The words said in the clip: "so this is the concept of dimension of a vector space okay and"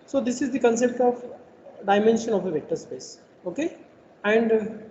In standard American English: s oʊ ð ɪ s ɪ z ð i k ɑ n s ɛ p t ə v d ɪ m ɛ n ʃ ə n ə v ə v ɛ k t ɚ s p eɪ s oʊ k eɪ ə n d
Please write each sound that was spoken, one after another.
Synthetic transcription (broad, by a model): s oʊ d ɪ s ɪ z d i k ɑ n s ɛ p t ə v d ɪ m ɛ n ʃ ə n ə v ə v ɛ t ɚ s p eɪ s oʊ k eɪ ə n d